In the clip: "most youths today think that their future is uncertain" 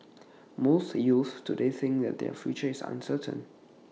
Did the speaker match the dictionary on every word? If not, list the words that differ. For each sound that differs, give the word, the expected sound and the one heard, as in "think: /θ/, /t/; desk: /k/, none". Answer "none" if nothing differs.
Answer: youths: /s/, none; is: /z/, /s/